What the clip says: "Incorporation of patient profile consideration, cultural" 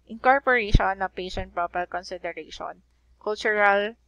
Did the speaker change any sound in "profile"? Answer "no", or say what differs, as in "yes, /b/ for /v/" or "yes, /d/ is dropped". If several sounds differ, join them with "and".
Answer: yes, /p/ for /f/